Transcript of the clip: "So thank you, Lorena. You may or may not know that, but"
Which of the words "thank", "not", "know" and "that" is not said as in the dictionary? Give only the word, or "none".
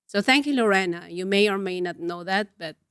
none